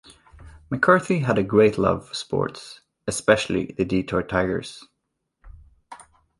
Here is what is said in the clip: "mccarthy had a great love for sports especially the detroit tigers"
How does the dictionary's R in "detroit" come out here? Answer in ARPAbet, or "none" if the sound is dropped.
none